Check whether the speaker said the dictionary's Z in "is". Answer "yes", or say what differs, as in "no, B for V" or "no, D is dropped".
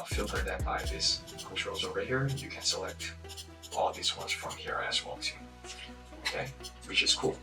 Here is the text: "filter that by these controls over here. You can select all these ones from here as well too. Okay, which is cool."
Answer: no, S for Z